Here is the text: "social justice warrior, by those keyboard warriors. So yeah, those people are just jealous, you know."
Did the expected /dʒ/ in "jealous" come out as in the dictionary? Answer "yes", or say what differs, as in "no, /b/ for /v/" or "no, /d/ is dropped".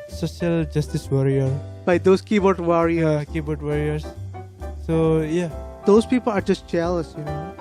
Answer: no, /tʃ/ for /dʒ/